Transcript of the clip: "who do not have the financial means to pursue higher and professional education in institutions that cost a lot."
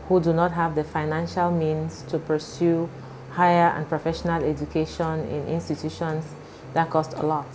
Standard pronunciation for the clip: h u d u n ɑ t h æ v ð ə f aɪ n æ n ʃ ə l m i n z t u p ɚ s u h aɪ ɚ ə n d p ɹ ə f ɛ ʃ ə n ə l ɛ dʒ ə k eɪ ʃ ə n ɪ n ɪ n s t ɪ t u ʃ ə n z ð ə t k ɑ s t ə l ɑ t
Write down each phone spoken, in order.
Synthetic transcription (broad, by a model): h u d u n ɑ t h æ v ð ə f aɪ n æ n ʃ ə l m i n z t u p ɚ s u h aɪ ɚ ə n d p ɹ ə f ɛ ʃ ə n ə l ɛ dʒ ə k eɪ ʃ ə n ɪ n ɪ n s t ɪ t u ʃ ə n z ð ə t k ɑ s t ə l ɑ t